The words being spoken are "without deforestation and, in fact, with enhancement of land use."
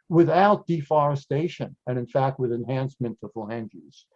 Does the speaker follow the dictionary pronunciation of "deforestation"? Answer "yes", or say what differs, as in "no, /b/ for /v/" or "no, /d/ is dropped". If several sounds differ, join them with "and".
yes